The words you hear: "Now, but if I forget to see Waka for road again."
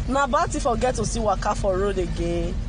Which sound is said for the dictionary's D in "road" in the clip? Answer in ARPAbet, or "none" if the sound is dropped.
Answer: D